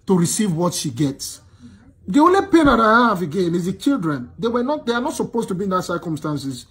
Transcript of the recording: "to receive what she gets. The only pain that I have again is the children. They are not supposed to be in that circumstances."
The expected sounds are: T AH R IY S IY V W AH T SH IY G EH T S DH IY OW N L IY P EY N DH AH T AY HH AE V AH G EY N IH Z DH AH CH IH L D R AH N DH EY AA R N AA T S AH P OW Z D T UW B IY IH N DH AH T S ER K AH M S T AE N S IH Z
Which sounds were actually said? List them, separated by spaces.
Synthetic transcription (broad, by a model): T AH R IY S IY V W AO T SH IY G EH T S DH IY OW N L IY P EY N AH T AY HH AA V AH G EY N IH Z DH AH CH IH L D R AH N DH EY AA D N AA T S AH P OW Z T UW B IY IH N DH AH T S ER K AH M S T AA N S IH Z